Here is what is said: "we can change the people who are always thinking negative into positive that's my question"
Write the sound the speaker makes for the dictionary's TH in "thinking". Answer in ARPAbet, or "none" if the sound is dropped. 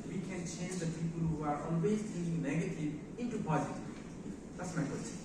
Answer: T